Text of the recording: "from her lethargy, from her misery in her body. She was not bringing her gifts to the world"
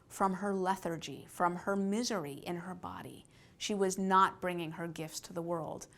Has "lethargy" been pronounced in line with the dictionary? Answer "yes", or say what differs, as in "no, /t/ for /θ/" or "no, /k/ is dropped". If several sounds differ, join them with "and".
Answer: yes